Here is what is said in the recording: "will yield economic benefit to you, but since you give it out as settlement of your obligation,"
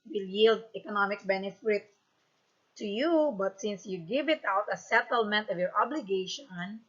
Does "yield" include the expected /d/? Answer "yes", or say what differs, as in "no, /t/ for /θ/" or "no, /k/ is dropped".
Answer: yes